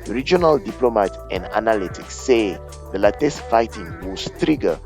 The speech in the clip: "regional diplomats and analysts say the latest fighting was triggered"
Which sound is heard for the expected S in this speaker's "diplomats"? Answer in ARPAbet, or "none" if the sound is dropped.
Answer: none